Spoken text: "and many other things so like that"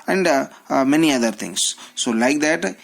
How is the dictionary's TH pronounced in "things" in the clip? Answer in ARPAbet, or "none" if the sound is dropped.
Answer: T